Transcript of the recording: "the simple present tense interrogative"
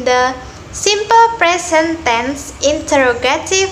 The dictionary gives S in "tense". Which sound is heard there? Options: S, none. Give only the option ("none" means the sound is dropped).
S